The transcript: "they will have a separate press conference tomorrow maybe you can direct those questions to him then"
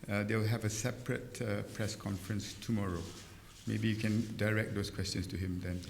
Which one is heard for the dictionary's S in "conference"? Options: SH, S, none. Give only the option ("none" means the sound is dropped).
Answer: S